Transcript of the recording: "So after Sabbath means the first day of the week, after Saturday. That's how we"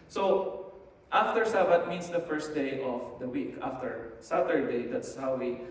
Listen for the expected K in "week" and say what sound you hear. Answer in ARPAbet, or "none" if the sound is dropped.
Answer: K